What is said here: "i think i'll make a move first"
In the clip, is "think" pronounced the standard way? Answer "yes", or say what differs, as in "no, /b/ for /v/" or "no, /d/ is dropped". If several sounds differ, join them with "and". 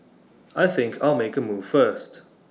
yes